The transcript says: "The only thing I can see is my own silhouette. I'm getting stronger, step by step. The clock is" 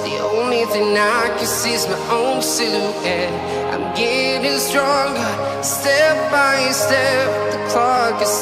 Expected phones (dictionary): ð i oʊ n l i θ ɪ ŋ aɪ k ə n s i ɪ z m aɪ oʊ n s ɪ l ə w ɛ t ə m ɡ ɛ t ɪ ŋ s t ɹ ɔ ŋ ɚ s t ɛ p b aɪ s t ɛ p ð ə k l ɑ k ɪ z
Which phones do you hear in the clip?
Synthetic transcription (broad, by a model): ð i oʊ n l i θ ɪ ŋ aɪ k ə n s i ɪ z m aɪ oʊ n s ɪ ə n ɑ ə m ɡ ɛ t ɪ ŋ s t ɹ ɔ ŋ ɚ s t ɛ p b aɪ s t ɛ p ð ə k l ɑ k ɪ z